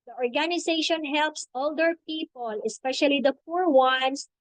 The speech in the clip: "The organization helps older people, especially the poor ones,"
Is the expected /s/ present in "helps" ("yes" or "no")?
yes